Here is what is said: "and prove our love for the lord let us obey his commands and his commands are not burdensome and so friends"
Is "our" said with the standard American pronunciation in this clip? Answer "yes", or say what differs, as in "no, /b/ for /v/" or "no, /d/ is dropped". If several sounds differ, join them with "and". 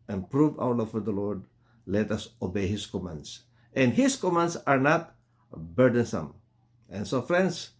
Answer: no, /w/ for /ɹ/